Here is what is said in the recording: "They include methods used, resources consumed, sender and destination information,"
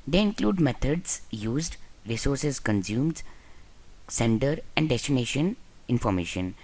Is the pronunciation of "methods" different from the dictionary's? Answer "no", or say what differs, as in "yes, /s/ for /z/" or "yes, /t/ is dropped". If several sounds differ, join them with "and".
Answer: yes, /t/ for /θ/